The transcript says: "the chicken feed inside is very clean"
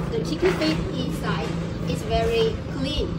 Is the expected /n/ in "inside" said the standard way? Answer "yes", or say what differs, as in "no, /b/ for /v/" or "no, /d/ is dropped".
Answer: yes